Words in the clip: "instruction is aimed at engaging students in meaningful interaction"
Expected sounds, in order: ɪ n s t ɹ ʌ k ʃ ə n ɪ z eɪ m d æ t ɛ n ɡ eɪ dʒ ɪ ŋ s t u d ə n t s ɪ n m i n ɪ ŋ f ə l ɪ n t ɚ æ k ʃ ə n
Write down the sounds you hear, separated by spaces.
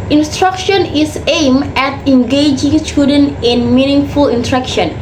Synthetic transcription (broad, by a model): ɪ n s t ɹ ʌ k ʃ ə n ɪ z eɪ m ɛ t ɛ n ɡ eɪ dʒ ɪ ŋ s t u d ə n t ɪ n m i n ɪ ŋ f ə l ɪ n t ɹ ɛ k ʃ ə n